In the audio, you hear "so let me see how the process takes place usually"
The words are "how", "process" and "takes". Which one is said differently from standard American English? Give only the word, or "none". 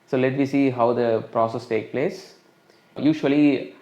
takes